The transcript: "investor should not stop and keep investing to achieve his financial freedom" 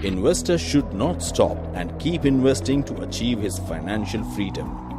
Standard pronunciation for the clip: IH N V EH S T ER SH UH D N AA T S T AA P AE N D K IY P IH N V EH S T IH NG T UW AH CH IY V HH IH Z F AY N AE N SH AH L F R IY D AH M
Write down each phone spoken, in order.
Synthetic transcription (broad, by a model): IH N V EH S T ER SH UH D N AA T S T AA P AE N D K IY P IH N V EH S T IH NG T UW AH CH IY V HH IH Z F AY N AE N SH AH L F R IY D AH M